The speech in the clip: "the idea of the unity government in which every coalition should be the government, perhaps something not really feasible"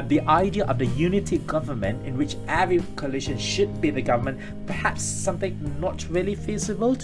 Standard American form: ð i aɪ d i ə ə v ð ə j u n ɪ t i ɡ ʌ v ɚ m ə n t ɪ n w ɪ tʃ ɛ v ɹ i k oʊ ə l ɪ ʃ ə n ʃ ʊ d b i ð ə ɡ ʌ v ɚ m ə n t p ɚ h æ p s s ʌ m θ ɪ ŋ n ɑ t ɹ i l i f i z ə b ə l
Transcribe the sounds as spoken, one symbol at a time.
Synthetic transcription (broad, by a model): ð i aɪ d i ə ə v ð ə j u n ɪ t i ɡ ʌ v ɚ m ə n t ɪ n w ɪ tʃ ɛ v ɹ i k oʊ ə l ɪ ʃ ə n ʃ ʊ d b i ð ə ɡ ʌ v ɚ m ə n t p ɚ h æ p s s ʌ m θ ɪ ŋ n ɑ t ɹ i l i f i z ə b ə l